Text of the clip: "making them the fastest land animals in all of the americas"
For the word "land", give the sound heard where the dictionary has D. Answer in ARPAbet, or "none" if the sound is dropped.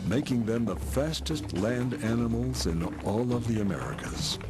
D